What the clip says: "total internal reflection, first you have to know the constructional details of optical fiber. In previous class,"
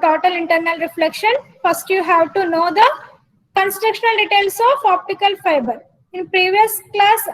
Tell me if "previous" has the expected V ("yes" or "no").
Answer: yes